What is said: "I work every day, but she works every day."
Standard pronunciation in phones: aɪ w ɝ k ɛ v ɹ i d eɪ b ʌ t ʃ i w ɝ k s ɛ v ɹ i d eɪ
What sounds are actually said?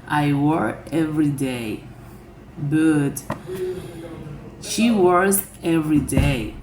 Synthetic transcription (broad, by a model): aɪ w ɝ ɛ v ɹ i d eɪ b ʌ t ʃ i w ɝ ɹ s ɛ v ɹ i d eɪ